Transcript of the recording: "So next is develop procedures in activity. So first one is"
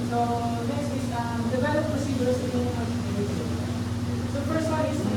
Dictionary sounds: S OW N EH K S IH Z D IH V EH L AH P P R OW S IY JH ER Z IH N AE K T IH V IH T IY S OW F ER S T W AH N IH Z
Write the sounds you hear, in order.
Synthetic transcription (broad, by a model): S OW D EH S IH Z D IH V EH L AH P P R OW S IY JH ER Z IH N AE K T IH IH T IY S OW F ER S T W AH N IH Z